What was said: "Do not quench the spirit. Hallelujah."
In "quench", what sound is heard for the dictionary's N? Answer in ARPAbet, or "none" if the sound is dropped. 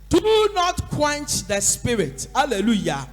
N